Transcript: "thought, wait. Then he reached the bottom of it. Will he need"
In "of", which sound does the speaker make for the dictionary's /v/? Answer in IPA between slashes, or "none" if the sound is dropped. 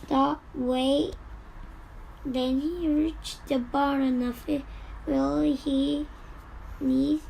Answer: /f/